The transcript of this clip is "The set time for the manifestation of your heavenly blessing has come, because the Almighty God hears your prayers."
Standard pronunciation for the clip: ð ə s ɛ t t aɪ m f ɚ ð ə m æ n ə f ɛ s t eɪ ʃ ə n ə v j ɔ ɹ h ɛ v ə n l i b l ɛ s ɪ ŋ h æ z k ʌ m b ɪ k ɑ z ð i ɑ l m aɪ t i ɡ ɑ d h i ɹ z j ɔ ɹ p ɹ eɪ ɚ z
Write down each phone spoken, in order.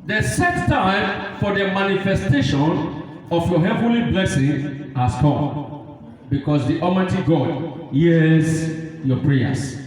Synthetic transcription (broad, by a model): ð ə s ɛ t t aɪ m f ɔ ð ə m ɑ n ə f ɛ s t eɪ ʃ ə n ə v j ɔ h ɛ v ə n l i b l ɛ s ɪ ŋ h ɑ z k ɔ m b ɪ k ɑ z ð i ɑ m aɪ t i ɡ ɑ d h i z j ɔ p ɹ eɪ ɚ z